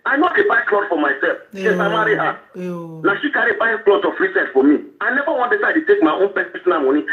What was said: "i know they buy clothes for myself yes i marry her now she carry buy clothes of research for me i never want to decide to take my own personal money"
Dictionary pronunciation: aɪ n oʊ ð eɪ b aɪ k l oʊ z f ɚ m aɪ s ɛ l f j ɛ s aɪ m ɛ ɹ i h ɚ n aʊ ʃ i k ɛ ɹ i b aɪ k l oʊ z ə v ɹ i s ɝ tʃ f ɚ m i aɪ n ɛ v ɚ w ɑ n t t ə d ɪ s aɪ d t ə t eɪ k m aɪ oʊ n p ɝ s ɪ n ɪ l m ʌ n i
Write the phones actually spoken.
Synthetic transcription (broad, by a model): aɪ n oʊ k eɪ b aɪ k l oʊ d f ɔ m aɪ s ɛ l f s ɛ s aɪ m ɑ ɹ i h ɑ n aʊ ʃ i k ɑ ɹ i b aɪ k l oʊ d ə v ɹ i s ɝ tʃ f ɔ m i aɪ n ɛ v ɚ w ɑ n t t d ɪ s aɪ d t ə t eɪ k m aɪ oʊ n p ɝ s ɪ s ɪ n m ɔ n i